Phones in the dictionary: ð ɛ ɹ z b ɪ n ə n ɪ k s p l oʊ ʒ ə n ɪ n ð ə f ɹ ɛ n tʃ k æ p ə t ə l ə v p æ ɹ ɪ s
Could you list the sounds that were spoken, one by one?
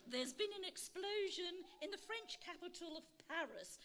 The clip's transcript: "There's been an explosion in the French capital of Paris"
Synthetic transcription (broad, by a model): ð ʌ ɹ z b ɪ n ə n ɪ k s p l oʊ ʒ ə n ɪ n ð ə f ɹ ɛ n tʃ k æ p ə t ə l ə v p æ ɹ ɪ s